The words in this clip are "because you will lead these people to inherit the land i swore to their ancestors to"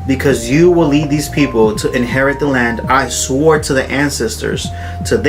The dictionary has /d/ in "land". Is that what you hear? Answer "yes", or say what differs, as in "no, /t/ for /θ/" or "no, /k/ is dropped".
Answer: yes